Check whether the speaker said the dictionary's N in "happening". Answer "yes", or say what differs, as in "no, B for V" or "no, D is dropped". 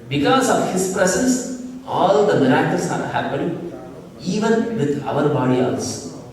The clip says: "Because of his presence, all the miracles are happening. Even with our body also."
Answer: no, N is dropped